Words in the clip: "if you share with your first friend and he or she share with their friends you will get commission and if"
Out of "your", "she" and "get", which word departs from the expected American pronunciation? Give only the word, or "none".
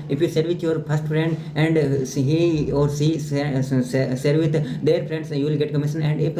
she